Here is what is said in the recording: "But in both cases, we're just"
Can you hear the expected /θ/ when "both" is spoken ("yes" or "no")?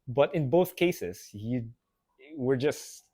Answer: yes